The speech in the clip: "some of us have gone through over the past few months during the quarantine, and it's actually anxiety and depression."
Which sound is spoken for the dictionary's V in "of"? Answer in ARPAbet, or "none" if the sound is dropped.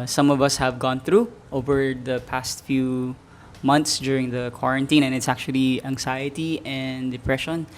V